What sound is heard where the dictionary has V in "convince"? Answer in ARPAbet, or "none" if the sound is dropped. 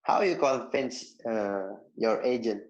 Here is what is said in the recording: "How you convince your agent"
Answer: F